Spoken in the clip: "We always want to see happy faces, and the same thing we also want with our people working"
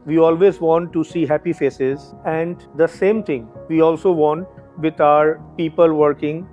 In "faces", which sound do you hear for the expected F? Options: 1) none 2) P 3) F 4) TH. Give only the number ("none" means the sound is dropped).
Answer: 3